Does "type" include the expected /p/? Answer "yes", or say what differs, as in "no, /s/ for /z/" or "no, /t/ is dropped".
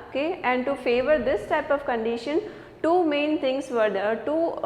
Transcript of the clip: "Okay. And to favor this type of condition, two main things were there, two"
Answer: yes